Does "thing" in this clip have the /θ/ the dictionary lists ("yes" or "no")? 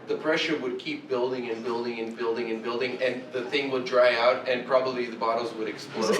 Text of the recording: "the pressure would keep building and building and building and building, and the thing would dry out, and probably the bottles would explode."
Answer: yes